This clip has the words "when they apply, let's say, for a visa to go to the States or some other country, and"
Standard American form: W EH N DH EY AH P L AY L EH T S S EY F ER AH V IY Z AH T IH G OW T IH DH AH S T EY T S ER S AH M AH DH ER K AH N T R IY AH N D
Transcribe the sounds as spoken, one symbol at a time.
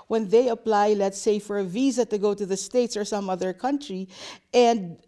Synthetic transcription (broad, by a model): W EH N DH EY AH P L AY L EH T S S EY F ER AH V IY Z AH T IH G OW T IH DH AH S T EY T S ER S AH M AH DH ER K AH N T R IY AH N D